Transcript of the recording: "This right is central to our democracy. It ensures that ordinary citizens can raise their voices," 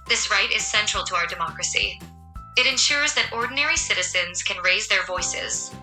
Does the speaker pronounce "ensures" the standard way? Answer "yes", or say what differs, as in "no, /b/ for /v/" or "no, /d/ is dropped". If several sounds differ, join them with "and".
yes